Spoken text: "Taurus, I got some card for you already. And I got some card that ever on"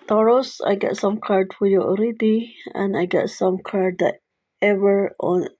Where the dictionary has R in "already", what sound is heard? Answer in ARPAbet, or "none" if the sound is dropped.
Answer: R